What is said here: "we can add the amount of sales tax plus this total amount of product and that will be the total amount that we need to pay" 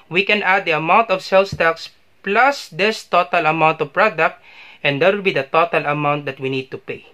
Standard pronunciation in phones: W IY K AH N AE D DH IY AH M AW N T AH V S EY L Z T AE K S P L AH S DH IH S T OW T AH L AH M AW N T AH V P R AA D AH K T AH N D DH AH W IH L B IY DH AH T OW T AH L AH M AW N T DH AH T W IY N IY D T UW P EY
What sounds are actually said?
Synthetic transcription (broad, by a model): W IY K AH N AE D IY AH M AW N T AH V S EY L S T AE K S P L AH S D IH S T OW T AH L AH M AW N T AH V P R AA D AH K T AH N D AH W IH L B IY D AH T OW T AH L AH M AW N T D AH T W IY N IY D T UW P EY